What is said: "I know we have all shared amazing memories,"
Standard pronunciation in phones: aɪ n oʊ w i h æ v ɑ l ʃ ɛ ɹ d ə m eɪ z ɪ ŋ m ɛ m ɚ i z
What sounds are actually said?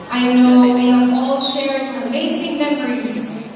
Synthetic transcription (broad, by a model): aɪ n oʊ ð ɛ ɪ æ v ɑ l ʃ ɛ ɹ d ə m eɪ s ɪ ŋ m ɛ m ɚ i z